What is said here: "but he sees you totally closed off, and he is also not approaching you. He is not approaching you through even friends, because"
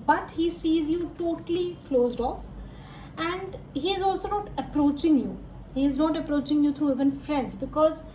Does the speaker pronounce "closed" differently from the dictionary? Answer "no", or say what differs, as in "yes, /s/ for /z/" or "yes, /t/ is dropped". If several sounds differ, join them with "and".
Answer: no